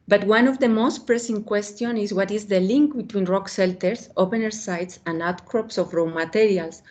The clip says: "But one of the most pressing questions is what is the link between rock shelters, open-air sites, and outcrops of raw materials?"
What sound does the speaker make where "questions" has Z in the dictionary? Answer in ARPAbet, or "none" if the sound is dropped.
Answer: none